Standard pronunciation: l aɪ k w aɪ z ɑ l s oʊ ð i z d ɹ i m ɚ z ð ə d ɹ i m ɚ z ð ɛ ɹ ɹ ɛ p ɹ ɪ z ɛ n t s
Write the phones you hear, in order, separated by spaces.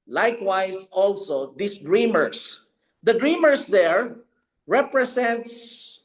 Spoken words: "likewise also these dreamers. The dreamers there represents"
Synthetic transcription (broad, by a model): l aɪ k w aɪ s ɑ l s oʊ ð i s d ɹ i m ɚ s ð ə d ɹ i m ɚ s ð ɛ ɹ ɹ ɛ p ɹ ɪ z ɛ n t s